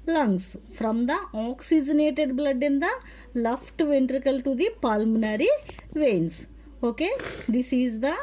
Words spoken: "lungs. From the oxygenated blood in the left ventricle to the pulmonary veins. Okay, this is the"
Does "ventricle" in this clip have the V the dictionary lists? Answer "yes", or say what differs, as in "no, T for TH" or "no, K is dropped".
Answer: yes